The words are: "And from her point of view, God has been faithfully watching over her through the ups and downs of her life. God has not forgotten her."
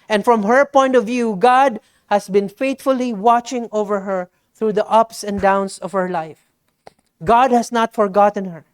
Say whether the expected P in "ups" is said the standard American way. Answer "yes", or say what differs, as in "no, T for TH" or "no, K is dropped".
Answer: yes